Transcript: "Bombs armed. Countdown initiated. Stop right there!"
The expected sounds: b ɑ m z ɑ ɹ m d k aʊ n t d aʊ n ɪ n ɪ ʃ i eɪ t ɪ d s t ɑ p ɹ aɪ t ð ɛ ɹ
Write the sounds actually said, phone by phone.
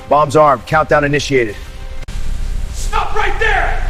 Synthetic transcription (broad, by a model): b ɑ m z ɑ ɹ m k aʊ n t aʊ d ɪ n ɪ ʃ i eɪ t ɪ d s t ɑ p ɹ aɪ t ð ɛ ɹ